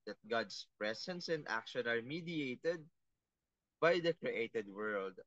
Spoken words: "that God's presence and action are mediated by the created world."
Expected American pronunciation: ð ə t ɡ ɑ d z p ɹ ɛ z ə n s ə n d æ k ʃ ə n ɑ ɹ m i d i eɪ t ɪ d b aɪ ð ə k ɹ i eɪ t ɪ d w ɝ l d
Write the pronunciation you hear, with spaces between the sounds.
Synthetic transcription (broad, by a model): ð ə t ɡ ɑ d s p ɹ ɛ s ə n s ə n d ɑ k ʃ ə n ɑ ɹ m i d i eɪ t ɪ d b aɪ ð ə k ɹ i eɪ t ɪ d w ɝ l d